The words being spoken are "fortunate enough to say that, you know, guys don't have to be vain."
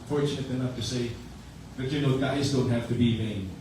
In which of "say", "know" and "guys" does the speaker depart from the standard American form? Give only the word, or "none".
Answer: none